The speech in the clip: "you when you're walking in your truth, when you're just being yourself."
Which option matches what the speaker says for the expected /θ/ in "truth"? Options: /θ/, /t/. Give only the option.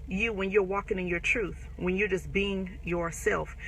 /θ/